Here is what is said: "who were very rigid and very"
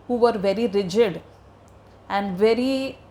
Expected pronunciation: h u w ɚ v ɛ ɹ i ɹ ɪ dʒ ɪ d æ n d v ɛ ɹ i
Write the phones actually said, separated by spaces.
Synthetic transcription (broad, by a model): h u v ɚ v ɛ ɹ i ɹ ɪ dʒ ɪ d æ n d v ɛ ɹ i